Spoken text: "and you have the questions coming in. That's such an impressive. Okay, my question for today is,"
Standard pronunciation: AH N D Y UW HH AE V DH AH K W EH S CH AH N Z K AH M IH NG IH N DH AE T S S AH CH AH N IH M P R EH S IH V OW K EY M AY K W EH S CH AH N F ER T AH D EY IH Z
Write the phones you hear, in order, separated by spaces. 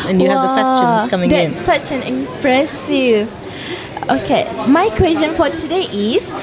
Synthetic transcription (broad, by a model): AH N Y UW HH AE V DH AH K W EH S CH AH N S K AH M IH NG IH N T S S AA CH AH N IH M P R EH S IH V OW K EY M AY K W EH S CH AH N F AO T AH D EY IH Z